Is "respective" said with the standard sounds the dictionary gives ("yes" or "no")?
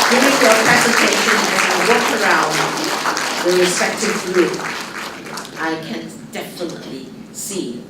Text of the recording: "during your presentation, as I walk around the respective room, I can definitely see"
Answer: no